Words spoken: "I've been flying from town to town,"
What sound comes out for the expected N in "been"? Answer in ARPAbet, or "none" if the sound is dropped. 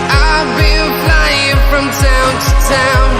L